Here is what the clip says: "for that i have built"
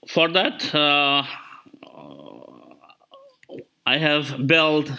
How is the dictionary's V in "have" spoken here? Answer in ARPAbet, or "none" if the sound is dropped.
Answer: V